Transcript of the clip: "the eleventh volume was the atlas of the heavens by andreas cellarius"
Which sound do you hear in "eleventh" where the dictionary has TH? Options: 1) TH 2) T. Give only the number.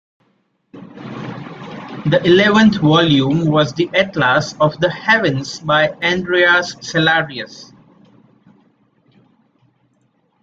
2